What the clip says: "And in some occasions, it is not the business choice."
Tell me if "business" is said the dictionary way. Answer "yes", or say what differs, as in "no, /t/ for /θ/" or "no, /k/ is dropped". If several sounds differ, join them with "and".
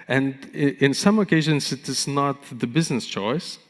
yes